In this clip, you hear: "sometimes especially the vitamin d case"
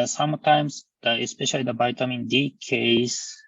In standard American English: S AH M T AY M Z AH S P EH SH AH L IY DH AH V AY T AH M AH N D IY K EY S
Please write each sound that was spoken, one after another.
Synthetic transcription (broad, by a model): S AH M T AY M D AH S P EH SH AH L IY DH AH B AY T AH M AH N D IY K EY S